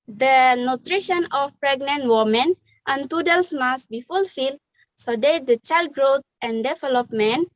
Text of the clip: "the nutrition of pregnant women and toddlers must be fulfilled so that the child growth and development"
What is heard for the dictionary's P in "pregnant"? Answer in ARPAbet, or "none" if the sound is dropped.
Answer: P